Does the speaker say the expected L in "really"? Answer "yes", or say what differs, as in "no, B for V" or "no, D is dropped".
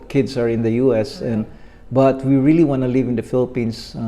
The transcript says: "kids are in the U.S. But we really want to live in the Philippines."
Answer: yes